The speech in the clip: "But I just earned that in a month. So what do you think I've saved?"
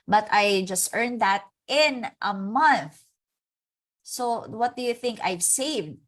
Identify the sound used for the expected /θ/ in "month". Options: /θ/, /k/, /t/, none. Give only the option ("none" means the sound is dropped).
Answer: /θ/